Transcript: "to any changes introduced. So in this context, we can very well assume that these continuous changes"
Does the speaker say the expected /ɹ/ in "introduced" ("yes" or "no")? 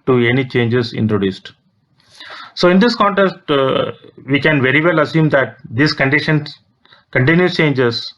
yes